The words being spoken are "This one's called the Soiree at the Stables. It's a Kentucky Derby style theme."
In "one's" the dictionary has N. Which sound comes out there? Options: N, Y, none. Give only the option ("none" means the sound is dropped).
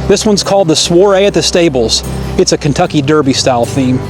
N